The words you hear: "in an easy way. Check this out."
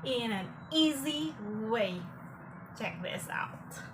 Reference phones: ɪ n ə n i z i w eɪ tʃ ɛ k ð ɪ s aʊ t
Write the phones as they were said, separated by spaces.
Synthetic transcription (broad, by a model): ɪ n ə n i z i w eɪ tʃ ɛ k ð ɪ s aʊ t